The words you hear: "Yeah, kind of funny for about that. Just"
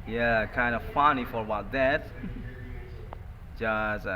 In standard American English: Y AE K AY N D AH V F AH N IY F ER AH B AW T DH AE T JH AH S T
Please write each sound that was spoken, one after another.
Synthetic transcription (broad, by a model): Y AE K AY N D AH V F AH N IY F ER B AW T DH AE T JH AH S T